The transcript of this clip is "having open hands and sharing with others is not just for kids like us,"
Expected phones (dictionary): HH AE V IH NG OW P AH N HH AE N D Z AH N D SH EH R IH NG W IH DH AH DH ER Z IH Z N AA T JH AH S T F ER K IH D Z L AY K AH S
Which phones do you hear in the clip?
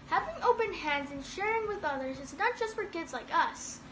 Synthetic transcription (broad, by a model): HH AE V IH NG OW P AH N HH AE N D Z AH N SH EH R IH NG W IH DH AH DH ER Z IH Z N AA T JH AH S T F ER K IH D Z L AY K AH S